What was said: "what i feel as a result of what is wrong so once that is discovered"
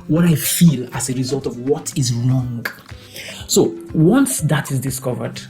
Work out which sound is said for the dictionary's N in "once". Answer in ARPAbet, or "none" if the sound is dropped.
N